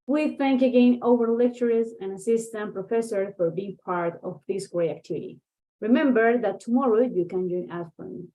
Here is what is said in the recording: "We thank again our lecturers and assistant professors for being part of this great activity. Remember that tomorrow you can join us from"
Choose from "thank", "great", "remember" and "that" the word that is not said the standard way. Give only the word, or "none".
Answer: great